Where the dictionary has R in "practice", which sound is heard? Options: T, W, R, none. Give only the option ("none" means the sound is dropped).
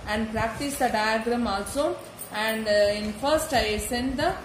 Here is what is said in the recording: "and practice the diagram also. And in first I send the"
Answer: R